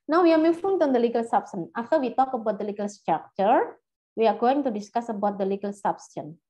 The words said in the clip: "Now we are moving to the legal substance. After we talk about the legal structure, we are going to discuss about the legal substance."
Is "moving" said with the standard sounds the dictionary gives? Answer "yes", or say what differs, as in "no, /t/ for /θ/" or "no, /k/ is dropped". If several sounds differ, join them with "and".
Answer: no, /f/ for /v/